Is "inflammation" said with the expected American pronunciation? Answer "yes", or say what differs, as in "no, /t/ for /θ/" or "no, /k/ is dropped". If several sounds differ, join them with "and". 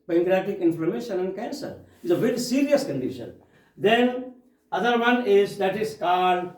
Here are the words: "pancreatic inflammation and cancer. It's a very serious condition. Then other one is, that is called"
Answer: no, /l/ is dropped